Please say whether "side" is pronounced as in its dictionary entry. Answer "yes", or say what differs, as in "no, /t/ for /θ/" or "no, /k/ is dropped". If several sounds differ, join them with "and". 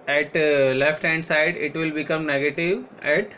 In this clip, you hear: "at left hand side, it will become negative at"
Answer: yes